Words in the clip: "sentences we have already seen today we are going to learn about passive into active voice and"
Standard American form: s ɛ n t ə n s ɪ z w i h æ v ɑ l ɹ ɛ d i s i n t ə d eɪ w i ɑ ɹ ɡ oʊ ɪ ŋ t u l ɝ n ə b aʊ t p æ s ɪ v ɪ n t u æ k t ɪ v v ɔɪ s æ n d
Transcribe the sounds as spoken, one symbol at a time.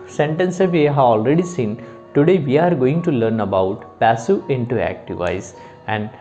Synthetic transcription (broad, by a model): s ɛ n t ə n s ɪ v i h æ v ɑ l ɹ ɛ d i s i n t ə d eɪ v i ɑ ɹ ɡ oʊ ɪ ŋ t u l ɝ n ə b aʊ t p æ s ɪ ɪ n t u æ k t ɪ v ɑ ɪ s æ n d